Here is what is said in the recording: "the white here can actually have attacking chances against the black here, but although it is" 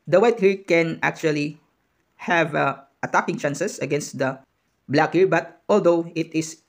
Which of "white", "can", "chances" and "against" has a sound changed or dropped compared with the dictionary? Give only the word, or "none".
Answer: chances